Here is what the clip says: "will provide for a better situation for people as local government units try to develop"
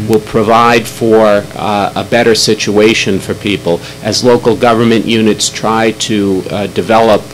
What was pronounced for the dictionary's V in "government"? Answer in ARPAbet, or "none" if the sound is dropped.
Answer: V